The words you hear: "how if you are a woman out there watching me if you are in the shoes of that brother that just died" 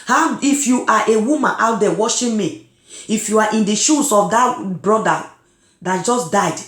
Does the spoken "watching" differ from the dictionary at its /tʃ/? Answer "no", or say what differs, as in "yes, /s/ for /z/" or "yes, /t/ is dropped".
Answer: yes, /ʃ/ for /tʃ/